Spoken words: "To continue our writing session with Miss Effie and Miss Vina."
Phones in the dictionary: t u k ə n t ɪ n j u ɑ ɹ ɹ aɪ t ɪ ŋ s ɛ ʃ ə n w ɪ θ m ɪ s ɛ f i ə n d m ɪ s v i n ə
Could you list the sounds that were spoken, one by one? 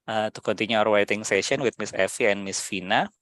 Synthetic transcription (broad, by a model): t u k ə n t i n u ɑ ɹ w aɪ t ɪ ŋ s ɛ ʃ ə n w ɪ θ m ɪ s ɛ f i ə n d m ɪ s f i n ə